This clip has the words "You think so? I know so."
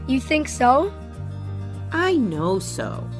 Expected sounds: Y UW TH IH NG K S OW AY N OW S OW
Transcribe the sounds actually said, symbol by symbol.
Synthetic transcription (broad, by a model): Y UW TH IH NG K S OW AY N OW S OW